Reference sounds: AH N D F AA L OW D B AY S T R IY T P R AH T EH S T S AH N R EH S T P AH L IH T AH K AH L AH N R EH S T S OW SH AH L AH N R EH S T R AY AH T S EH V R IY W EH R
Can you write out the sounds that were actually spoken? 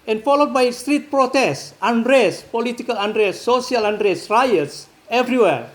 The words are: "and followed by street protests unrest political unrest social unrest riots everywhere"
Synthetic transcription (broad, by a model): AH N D F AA L OW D B AY S T R IY T P R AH T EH S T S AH N R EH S P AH L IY T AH K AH L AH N R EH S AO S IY AH L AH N R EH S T R AY AH T S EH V R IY W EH R